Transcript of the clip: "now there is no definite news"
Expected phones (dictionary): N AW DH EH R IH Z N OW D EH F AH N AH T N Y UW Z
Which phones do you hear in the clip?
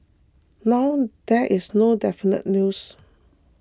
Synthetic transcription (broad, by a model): N AW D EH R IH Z N OW D EH F AH N AH T N Y UW S